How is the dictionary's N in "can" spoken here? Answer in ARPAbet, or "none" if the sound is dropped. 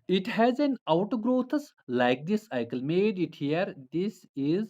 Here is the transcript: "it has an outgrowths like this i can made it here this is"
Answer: L